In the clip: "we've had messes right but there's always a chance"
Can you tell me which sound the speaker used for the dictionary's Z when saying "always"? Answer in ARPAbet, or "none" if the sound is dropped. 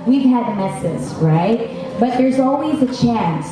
Z